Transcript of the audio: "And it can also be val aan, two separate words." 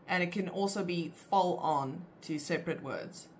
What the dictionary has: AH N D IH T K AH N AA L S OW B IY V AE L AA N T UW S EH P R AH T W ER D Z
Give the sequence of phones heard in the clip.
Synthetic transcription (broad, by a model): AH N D IH T K AH N AA L S OW B IY F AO L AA N T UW S EH P R AH T W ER D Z